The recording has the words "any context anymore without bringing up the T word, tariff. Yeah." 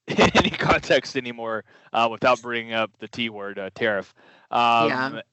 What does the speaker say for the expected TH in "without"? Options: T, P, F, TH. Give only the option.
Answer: TH